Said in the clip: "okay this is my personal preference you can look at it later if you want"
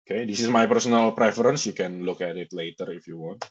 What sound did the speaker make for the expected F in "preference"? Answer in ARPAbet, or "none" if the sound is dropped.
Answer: F